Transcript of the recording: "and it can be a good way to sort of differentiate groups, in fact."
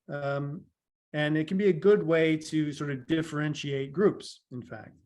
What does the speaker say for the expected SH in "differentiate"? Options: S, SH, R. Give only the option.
SH